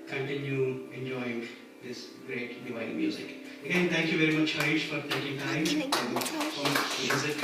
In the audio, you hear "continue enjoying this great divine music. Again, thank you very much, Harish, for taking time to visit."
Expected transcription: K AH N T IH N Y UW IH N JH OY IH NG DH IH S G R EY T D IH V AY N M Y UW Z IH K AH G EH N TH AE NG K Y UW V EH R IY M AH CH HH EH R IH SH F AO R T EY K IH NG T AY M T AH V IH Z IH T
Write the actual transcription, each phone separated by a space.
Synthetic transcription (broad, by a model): K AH N T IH N Y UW IH N JH OY IH NG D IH S G R EY T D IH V AY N M Y UW Z IH K AH G EH N T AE NG K Y UW V EH R IY M AH CH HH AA IH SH F AO R T EY K IH NG T AY M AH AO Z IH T